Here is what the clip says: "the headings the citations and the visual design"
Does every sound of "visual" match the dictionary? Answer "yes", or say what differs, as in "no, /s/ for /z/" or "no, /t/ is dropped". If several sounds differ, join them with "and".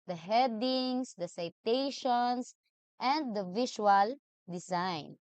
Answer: no, /ʃ/ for /ʒ/